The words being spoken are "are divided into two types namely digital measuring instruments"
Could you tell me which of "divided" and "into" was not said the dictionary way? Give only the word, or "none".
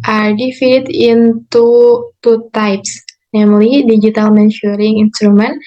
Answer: divided